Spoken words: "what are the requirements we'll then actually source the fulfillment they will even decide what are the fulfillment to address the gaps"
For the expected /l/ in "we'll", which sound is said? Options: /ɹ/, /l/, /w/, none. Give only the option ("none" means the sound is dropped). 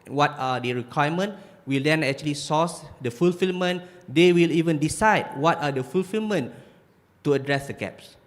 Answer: /l/